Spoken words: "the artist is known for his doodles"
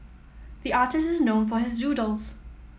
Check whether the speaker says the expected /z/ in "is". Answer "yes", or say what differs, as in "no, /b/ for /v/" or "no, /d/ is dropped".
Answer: yes